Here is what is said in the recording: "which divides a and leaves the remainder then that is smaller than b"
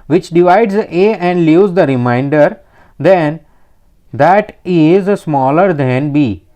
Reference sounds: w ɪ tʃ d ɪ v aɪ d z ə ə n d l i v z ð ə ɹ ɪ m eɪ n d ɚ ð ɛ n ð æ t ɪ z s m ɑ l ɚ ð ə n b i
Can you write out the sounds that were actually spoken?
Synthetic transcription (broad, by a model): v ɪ tʃ d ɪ v aɪ d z ə ə n d l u z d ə ɹ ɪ m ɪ n d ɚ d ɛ n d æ t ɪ z s m ɑ l ɚ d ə n b i